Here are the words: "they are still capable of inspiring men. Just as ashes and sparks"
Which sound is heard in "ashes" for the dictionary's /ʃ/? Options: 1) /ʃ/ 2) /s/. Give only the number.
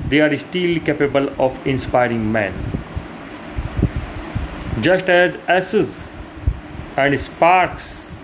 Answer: 2